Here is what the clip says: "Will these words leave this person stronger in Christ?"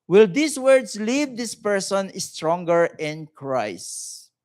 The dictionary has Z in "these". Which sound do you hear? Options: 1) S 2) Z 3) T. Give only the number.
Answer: 1